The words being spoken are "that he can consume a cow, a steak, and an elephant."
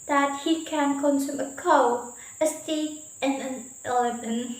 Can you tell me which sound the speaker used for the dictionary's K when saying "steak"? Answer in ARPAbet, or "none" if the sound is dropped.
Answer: none